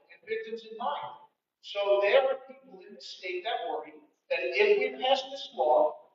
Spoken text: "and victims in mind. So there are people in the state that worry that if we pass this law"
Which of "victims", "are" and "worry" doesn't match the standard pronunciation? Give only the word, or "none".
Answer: victims